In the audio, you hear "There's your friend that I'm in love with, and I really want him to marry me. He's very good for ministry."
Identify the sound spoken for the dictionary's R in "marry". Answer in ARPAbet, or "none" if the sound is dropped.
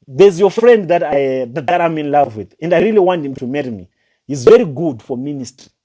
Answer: R